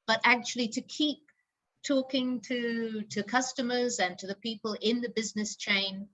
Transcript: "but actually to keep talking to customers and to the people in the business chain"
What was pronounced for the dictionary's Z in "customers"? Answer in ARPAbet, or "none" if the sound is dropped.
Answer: Z